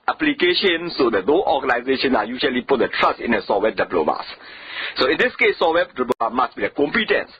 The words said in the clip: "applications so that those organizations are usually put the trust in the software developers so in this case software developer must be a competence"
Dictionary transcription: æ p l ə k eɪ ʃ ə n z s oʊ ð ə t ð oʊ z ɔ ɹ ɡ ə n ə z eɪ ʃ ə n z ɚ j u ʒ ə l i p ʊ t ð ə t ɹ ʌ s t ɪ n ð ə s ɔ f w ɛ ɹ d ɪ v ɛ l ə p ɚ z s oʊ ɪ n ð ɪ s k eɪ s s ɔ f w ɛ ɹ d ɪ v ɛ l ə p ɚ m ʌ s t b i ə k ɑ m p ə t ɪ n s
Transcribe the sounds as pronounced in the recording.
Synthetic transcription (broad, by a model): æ p l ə k eɪ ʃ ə n s oʊ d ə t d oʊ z ɔ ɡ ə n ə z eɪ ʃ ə n ɑ j u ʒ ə l i p ʊ t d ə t ɹ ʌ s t ɪ n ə s ɔ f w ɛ d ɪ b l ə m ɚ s s oʊ ɪ n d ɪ s k eɪ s s ɔ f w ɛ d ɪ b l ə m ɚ m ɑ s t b i ə k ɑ m p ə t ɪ n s